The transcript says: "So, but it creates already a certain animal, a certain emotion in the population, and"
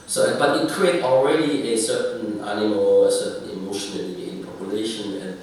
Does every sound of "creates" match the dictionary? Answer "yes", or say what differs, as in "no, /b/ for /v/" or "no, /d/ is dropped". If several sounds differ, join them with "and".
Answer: no, /s/ is dropped